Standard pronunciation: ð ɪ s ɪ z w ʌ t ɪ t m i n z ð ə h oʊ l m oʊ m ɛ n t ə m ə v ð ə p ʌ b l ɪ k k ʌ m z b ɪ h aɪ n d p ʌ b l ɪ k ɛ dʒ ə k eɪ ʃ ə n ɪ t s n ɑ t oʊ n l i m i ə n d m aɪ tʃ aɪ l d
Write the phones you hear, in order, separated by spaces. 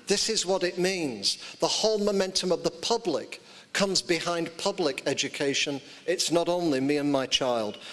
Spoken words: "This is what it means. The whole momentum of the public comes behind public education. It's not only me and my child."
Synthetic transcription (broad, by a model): ð ɪ s ɪ z w ʌ t ɪ t m i n z ð ə h oʊ l m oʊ m ɛ n t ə m ə v ð ə p ʌ b l ɪ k k ʌ m z b ɪ h aɪ n p ʌ b l ɪ k ɛ dʒ ə k eɪ ʃ ə n ɪ t s n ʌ t oʊ n l i m i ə n m aɪ tʃ aɪ l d